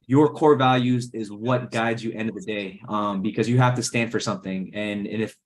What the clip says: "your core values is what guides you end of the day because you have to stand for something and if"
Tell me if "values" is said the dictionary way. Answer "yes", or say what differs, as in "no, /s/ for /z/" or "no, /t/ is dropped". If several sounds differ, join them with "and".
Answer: yes